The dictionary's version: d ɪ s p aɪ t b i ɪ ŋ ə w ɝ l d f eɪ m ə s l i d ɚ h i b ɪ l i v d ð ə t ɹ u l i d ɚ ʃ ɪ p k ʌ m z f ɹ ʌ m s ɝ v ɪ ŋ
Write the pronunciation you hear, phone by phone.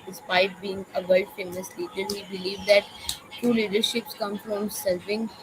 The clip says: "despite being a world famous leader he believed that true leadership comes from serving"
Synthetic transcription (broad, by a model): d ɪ s p aɪ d b i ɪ ŋ ə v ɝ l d f eɪ m ə s l i d ɚ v i b ɪ l i v d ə t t u l i d ɚ ʃ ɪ p k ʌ m f ɹ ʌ m s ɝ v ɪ ŋ